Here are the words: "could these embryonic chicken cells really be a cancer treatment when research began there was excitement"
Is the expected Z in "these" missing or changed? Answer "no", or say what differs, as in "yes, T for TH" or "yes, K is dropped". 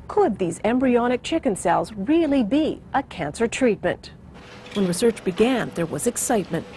no